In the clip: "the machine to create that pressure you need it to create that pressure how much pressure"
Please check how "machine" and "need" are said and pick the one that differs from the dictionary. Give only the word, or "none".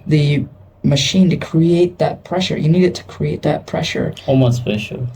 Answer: none